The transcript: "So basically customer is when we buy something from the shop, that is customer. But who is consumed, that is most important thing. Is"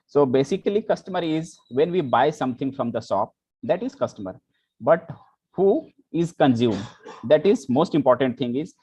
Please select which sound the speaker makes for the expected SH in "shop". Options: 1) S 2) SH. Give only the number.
1